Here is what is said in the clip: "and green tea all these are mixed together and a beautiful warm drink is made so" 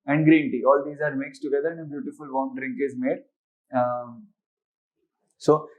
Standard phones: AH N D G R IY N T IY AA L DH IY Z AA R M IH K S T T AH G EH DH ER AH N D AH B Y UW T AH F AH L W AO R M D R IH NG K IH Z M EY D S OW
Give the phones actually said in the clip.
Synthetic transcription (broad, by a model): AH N D G R IY N T IY AA L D IY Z AA R M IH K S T T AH G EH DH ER AH N D AH B Y UW T AH F AH L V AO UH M D R IH NG K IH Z M EY D S OW